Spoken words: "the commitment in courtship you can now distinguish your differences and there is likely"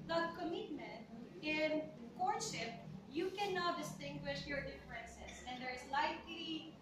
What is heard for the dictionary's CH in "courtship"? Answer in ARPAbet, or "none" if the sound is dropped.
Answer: SH